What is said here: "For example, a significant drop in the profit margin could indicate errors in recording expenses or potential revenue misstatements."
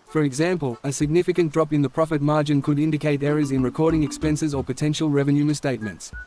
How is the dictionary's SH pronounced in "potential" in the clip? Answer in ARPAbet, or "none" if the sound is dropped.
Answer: SH